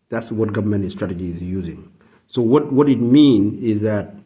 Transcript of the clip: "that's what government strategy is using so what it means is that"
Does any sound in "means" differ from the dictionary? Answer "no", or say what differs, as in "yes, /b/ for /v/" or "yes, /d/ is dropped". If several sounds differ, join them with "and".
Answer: yes, /z/ is dropped